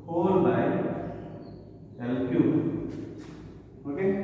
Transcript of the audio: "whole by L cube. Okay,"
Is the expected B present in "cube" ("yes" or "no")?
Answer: no